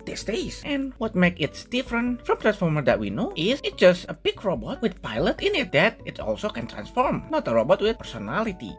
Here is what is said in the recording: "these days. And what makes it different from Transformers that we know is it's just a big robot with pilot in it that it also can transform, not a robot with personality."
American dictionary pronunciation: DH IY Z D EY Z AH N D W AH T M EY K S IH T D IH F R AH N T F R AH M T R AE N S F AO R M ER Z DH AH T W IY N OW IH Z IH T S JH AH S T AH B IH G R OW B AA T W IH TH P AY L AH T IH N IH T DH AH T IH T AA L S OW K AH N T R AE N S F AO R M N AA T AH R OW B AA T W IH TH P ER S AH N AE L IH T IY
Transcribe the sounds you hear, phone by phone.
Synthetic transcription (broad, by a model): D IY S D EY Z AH N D W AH T M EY K IH T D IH F R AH N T F R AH M T R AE N S F AO R M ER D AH T W IY N OW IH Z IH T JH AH S T AH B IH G R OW B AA T W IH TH P AY L AH T IH N IH T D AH T IH T AA L S OW K AH N T R AE N S F AO R M N AA T AH R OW B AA T W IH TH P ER S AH N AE L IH T IY